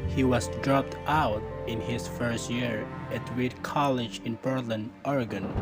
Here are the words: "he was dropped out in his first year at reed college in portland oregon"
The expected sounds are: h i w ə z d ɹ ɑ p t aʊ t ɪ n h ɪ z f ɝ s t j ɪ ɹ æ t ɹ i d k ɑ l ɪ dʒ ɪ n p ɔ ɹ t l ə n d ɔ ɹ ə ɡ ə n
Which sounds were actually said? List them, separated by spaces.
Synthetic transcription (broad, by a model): h i w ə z d ɹ ɑ p t aʊ t ɪ n h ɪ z f ɝ s t j ɪ ɹ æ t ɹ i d k ɑ l ɪ dʒ ɪ n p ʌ ɹ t l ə n ɔ ɹ ɡ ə n